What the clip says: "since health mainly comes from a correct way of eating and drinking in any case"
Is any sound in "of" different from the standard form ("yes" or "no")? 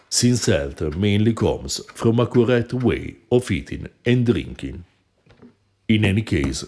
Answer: yes